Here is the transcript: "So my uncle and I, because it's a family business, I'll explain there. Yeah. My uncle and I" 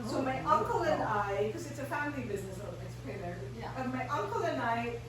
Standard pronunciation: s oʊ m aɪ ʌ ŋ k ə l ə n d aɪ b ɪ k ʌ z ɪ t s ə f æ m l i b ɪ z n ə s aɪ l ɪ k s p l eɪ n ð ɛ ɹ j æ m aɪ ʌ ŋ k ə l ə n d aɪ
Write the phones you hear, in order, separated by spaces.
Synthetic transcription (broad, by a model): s oʊ m aɪ ʌ ŋ k ə l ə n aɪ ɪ k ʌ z ɪ t s ə f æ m l i b ɪ z n ə s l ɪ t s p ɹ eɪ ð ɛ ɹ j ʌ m aɪ ʌ ŋ k ə l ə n aɪ